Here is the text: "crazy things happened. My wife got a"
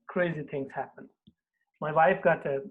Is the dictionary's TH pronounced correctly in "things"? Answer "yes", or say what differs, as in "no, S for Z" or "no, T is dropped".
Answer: no, T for TH